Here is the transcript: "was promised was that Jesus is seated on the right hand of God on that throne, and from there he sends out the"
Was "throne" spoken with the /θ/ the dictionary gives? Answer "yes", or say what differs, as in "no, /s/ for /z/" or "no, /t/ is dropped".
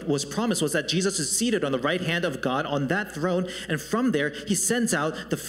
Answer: yes